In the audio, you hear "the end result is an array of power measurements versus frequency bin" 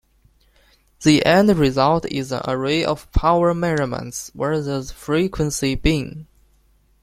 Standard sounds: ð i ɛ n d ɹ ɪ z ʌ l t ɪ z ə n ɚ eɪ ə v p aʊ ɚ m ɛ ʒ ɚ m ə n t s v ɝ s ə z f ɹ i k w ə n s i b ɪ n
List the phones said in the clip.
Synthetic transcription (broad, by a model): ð i ɛ n d ɹ ɪ z ʌ l t ɪ z ə n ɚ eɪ ə v p aʊ ɚ m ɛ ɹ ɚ m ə n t s w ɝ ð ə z f ɹ i k w ə n s i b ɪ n